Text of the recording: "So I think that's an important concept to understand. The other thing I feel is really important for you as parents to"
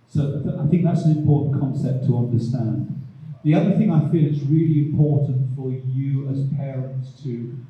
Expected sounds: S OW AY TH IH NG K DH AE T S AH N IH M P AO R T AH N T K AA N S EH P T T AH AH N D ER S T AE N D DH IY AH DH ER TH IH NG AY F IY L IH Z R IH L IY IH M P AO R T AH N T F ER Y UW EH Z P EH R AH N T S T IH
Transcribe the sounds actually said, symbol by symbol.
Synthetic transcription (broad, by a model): S OW AY TH IH NG K DH AE T S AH N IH M P AO R T N K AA N S EH P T T AH AH N D ER S T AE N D DH IY AH DH ER TH IH NG AY F IY L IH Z R IH L IY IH M P AO R T N T F ER Y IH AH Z P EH R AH N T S T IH